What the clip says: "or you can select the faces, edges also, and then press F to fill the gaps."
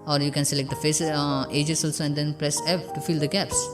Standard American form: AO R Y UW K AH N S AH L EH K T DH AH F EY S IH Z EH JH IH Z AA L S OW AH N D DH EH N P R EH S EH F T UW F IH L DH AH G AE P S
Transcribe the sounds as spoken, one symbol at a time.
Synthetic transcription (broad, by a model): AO R Y UW K AH N S AH L EH K T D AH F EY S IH JH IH S AA L S OW AH N D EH N P R EH S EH P T UW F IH L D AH G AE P S